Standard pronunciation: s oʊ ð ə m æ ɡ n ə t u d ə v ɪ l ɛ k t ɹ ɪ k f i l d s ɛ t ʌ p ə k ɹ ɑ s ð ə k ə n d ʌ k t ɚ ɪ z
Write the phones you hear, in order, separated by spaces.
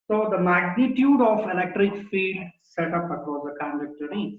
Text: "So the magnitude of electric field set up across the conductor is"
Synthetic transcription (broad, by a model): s oʊ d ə m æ ɡ n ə t u d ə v ɪ l ɛ k t ɹ ɪ k f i d s ɛ t ʌ p ə k ɹ ɑ s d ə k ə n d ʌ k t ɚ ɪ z